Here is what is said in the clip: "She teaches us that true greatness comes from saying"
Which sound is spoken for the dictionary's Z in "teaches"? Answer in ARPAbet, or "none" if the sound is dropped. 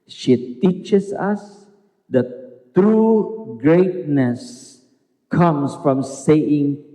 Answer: S